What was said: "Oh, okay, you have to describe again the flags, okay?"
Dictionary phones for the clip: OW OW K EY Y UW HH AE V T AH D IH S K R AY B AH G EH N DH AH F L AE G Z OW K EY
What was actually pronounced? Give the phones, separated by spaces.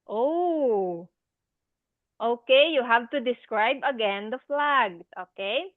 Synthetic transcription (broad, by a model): OW OW K EY Y UW HH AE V T AH D IH S K R AY B AH G EH N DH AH F L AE G OW K EY